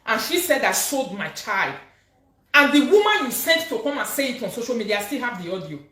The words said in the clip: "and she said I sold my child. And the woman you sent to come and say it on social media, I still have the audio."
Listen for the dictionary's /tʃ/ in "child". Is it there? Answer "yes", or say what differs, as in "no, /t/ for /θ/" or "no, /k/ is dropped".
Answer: yes